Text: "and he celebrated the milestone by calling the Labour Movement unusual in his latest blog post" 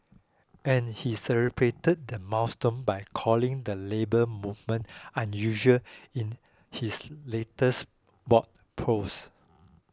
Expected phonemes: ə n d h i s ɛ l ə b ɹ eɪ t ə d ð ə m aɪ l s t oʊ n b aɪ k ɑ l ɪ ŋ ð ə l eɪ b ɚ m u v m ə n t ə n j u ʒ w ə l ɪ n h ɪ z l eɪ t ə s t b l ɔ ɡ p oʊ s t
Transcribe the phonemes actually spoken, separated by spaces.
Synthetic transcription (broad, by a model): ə n h i s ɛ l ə b ɹ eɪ t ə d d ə m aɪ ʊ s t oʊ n b aɪ k ɑ l ɪ ŋ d ə l eɪ b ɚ m u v m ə n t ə n j u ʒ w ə l ɪ n h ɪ s l eɪ t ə s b ɔ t p oʊ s